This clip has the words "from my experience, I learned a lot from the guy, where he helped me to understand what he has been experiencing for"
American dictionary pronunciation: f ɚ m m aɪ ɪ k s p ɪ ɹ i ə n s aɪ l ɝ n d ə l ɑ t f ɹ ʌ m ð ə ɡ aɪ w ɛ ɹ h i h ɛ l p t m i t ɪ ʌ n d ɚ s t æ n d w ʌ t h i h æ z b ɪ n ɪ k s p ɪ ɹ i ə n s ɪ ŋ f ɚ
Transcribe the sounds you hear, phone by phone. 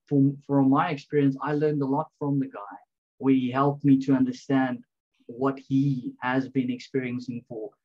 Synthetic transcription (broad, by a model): f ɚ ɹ m aɪ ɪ k s p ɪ ɹ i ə n s aɪ l ɝ n d ə l ɑ t f ɹ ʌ m ð ə ɡ aɪ w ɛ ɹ h i h ɛ l p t m i t ɪ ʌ n d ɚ s t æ n d w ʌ t h i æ z b ɪ n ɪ k s p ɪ ɹ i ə n s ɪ ŋ f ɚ